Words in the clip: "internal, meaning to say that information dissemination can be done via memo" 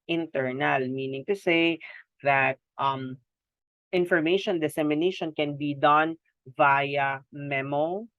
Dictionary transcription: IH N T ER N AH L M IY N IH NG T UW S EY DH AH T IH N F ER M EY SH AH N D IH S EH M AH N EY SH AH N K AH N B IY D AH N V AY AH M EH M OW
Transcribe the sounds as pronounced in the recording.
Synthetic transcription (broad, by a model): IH N T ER N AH L M IY N IH NG T UW S EY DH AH T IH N F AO M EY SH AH N D IH S EH M AH N EY SH AH N K AH N B IY D AH N V AY AH M EH M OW